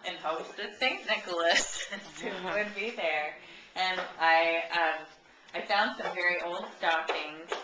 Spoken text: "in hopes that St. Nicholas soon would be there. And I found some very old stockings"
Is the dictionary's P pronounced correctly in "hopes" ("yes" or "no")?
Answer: no